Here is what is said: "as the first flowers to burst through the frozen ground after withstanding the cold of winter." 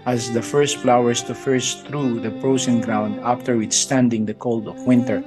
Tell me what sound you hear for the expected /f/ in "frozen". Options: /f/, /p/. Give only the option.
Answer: /p/